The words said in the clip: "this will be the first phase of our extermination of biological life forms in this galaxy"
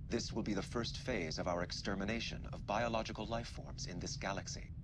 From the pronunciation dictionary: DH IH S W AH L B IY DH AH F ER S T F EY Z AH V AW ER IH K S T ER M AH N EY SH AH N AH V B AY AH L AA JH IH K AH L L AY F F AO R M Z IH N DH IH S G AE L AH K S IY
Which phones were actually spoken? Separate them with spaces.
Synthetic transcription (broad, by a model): DH IH S W AH L B IY DH AH F ER S T F EY Z AH V AW ER IH K S T ER M AH N EY SH AH N AH V B AY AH L AA JH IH K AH L L AY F F AO R M Z IH N DH IH S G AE L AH K S IY